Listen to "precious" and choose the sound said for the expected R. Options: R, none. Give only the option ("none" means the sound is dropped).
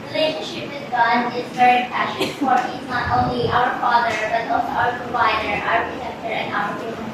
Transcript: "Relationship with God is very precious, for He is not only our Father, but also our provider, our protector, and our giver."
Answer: none